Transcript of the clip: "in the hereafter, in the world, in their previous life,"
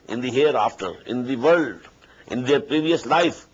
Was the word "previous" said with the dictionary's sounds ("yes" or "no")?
yes